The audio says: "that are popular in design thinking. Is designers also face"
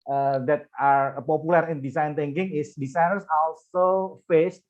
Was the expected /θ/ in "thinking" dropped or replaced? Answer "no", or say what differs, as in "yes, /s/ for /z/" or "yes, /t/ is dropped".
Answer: yes, /t/ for /θ/